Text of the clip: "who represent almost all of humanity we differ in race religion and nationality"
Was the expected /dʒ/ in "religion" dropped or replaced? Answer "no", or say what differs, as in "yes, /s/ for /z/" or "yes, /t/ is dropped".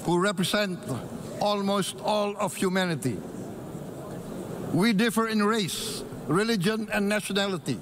no